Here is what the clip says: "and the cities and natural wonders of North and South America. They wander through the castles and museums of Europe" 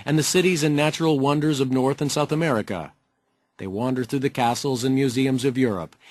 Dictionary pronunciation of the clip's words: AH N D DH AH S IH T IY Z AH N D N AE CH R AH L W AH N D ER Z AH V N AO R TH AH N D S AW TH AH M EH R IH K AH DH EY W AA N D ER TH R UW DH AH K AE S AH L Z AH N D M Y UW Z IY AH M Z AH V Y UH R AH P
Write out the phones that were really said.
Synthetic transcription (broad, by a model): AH N DH AH S IH T IY Z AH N N AE CH R L W AH N D ER Z AH V N AO R TH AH N S AW TH AH M EH R IH K AH DH EY W AA N D ER TH R UW DH AH K AE S L Z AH N M Y UW Z IY AH M Z AH V Y UH R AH P